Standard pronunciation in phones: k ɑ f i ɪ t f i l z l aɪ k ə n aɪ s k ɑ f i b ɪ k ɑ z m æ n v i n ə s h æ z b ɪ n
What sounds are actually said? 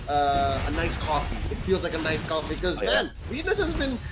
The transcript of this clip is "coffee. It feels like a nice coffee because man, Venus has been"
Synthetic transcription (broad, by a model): k ɑ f i ɪ t f i l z l aɪ k ə n aɪ s k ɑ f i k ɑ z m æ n w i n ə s h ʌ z b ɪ n